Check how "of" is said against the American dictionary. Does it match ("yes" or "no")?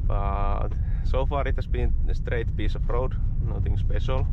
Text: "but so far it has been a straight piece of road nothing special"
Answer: no